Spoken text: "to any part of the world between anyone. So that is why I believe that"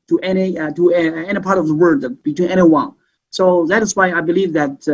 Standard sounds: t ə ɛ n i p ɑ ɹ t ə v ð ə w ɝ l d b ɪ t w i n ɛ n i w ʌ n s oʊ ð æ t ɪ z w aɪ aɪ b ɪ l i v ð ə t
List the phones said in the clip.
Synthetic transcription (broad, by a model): t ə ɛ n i p ɑ ɹ t ə v ð ə w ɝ d b ɪ t w i n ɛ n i w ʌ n s oʊ ð æ t ɪ z w aɪ aɪ b ɪ l i v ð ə t